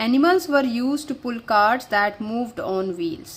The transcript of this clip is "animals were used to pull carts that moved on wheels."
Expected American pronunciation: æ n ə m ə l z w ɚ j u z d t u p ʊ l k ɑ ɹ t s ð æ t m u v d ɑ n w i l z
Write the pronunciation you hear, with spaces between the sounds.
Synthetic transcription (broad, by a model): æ n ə m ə l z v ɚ j u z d t u p ʊ l k ɑ ɹ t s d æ t m u v d ɑ n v i l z